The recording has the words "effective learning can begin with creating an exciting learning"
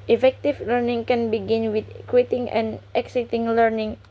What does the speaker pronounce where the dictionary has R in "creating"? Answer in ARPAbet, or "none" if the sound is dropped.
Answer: W